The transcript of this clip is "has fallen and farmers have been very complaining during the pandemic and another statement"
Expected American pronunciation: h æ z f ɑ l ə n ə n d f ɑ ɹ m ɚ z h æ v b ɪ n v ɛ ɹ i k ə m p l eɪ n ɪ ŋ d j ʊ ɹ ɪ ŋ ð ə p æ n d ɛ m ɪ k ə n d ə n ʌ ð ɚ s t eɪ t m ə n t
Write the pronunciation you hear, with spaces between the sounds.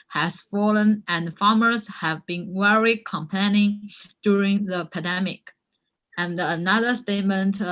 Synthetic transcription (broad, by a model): h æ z f ɑ l ə n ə n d f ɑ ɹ m ɚ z h æ v b ɪ n w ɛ ɹ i k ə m p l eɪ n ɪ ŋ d j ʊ ɹ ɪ ŋ ð ə p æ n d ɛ m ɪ k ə n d ə n ʌ ð ɚ s t eɪ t m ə n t